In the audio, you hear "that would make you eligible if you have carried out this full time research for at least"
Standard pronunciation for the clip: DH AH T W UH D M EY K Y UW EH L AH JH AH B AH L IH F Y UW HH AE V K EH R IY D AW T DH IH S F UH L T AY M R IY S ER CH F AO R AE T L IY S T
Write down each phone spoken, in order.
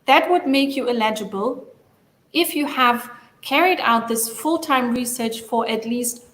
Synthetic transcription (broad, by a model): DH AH T W UH D M EY K Y UW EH L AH JH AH B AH L IH F Y UW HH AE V K EH R IY D AW T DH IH S F UH L T AY M R IY S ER CH F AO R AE T L IY S T